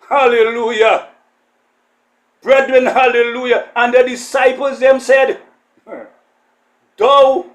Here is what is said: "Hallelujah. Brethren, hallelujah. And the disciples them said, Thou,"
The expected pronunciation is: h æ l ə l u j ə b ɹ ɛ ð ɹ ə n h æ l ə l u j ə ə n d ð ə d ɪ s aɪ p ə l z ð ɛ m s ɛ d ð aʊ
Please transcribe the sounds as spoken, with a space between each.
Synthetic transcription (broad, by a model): h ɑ l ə l u j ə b ɹ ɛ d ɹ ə n h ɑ l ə l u j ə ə n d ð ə d ɪ s aɪ p ə l z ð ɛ m s ɛ d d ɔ